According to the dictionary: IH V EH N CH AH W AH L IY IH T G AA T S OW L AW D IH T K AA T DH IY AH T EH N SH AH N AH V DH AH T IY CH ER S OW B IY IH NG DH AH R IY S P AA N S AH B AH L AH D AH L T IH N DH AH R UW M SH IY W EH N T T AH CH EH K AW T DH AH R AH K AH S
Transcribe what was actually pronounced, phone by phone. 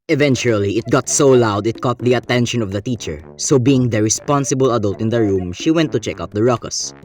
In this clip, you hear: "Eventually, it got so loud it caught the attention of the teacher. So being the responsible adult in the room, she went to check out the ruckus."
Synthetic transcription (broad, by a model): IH V EH N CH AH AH L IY IH T G AA T S OW L AW D IH T K AA T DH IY AH T EH N SH AH N AH V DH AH T IY CH ER S OW B IY IH NG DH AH R IY S P AA N S AH B AH L AH D AH L T IH N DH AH R UW M SH IY W EH N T T AH CH EH K AW T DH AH R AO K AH S